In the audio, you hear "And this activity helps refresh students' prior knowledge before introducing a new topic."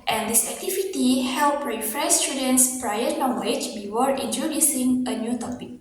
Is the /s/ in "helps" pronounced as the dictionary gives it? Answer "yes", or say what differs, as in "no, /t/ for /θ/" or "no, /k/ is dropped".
no, /s/ is dropped